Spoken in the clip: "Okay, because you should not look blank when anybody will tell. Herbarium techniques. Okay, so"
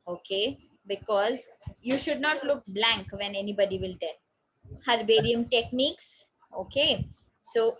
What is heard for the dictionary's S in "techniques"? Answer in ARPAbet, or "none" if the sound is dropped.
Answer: S